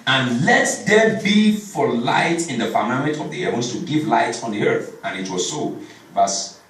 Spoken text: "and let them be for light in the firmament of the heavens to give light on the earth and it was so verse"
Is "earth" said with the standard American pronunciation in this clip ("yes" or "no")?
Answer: yes